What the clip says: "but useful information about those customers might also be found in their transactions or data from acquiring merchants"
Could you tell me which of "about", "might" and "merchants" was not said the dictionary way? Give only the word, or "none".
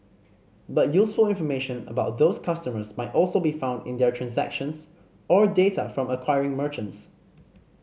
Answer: none